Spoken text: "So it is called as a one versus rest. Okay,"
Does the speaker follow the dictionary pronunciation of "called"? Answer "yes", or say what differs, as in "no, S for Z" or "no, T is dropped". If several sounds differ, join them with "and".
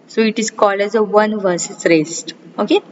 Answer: no, D is dropped